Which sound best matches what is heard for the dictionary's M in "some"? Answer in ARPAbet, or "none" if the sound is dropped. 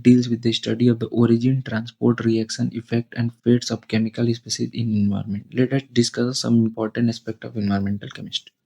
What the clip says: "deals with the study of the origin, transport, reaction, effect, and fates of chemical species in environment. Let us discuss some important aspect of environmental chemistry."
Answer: M